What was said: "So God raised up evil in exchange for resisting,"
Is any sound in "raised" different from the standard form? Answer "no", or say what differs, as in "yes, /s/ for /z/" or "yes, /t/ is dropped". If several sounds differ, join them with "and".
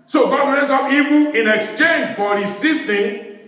yes, /d/ is dropped